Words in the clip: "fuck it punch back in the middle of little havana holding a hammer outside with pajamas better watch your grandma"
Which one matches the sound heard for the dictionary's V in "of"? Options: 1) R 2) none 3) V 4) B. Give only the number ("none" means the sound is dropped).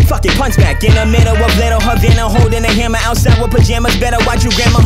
4